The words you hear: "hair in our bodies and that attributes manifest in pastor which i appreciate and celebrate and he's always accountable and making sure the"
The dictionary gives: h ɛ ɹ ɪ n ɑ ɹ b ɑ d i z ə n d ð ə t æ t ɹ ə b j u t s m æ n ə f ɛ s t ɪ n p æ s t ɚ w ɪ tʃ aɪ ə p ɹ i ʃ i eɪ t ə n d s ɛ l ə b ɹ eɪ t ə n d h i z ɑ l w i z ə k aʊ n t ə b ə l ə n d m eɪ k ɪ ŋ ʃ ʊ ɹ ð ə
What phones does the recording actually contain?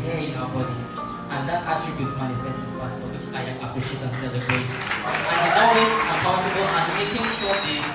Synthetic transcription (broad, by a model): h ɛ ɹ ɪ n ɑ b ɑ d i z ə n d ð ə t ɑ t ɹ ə b j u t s m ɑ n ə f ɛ s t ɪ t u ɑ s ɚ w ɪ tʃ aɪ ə p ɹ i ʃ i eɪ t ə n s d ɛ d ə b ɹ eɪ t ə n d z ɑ w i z ə k aʊ n t ə b ə l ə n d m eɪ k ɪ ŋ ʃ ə